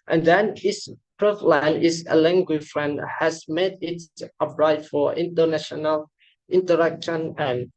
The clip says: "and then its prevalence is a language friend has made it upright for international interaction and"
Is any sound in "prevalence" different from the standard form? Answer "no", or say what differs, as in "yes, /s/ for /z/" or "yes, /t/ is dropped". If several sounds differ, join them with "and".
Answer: yes, /s/ is dropped